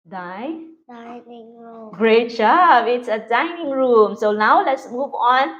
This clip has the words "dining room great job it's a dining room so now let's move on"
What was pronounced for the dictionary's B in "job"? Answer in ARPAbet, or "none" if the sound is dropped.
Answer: none